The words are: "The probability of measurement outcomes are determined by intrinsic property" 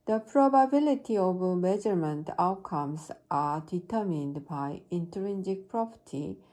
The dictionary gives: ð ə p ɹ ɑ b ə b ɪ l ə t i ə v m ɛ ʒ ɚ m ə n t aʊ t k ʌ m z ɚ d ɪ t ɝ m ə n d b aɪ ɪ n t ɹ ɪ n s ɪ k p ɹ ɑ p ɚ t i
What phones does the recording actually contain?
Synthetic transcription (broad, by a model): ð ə p ɹ ɑ b ə b ɪ l ə t i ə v m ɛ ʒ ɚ m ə n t aʊ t k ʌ m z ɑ d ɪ t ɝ m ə n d b aɪ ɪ n t ɹ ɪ n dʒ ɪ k p ɹ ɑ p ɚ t i